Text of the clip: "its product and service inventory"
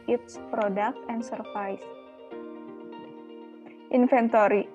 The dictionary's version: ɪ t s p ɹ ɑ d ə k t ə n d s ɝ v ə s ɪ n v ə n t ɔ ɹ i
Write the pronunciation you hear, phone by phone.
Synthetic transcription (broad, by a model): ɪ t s p ɹ ɑ d ə k t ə n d s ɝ f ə s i n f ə n t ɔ ɹ i